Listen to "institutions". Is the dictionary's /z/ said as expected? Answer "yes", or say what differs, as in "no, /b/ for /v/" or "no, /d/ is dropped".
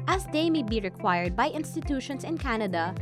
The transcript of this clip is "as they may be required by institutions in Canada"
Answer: no, /s/ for /z/